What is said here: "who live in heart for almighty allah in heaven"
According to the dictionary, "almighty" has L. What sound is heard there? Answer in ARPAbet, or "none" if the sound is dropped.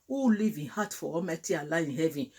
none